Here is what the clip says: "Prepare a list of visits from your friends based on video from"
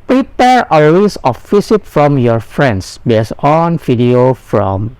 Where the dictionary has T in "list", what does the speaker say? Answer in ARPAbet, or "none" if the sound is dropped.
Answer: none